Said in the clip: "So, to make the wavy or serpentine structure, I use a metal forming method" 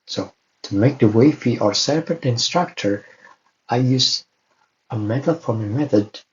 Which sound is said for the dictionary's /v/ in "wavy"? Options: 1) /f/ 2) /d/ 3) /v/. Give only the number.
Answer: 1